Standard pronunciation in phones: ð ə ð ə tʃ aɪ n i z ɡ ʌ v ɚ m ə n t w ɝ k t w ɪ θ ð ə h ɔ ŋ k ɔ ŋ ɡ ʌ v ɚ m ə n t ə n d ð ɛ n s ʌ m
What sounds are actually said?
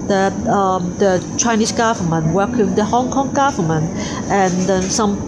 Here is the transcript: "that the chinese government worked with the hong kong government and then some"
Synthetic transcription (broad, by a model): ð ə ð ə tʃ aɪ n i s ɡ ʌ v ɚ m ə n w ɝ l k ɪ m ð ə h ɔ ŋ k ɔ ŋ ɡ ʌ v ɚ m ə n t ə n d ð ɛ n s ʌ m